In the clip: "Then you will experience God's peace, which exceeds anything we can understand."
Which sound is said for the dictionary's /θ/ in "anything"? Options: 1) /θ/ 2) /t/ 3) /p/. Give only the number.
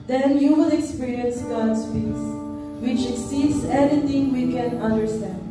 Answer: 2